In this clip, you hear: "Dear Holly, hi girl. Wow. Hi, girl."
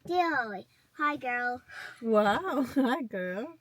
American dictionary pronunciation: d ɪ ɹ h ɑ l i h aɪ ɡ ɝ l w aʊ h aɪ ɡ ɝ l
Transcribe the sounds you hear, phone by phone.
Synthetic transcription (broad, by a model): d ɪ h ɑ i ɡ ɝ l w aʊ h aɪ ɡ ɝ l